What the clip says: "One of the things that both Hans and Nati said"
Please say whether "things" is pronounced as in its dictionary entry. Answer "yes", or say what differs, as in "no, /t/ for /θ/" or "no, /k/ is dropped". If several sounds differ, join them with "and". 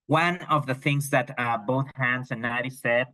yes